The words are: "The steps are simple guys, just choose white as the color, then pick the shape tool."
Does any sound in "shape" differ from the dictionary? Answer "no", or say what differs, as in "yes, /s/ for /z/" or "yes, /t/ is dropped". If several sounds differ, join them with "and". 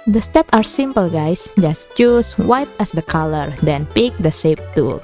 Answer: yes, /s/ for /ʃ/